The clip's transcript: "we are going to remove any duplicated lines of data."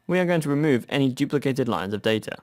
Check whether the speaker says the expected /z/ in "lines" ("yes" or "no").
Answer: yes